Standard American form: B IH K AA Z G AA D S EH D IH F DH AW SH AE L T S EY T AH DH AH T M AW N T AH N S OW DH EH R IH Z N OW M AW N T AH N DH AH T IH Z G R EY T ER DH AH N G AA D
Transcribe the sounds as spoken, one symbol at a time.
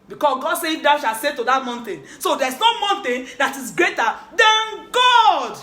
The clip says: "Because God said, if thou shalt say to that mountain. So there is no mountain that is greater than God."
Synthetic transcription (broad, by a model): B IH K AA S G AA D S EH IH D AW SH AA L S EY T AH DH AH T M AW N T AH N S OW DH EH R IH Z N OW M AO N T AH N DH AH T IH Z G R EY T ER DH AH N G AA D